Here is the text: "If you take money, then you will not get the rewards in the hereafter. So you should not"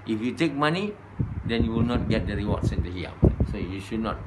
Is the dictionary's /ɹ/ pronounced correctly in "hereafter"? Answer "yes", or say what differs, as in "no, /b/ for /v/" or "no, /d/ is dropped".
no, /ɹ/ is dropped